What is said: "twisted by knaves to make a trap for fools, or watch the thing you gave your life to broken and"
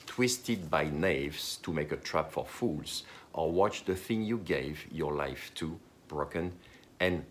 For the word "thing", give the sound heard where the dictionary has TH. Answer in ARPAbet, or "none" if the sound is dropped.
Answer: TH